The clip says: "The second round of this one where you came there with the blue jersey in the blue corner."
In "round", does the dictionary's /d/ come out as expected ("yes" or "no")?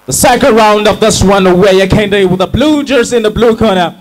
yes